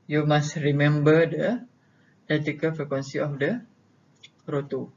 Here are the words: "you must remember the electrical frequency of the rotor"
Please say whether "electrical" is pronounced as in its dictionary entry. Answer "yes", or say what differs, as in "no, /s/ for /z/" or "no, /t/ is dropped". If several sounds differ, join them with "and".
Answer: no, /k/ is dropped and /ɹ/ is dropped